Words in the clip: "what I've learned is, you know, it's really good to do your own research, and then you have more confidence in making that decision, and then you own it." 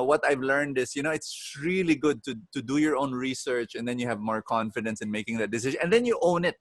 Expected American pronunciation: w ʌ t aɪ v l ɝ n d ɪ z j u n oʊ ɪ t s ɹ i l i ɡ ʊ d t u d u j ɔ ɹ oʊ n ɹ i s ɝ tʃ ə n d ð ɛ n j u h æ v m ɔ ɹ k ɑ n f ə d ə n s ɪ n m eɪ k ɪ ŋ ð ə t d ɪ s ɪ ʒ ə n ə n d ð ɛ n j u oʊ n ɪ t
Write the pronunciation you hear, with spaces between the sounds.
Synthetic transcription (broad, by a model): w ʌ t aɪ v l ɝ n d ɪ s j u n oʊ ɪ t s ɹ i l i ɡ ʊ d t u d u j ɔ ɹ oʊ n ɹ i s ɝ tʃ ə n d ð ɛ n j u h æ v m ɔ ɹ k ɑ n f ə d ə n s ɪ n m eɪ k ɪ ŋ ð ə t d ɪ s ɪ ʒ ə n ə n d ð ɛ n j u oʊ n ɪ t